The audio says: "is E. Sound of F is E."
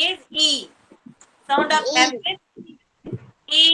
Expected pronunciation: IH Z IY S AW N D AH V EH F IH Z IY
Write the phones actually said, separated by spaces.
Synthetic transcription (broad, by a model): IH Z IY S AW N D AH P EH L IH S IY